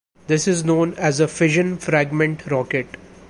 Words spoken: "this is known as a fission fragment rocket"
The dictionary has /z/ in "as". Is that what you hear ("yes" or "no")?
yes